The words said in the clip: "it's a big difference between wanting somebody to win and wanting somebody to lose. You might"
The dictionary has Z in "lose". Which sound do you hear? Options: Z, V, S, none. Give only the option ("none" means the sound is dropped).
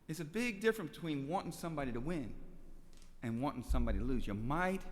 Z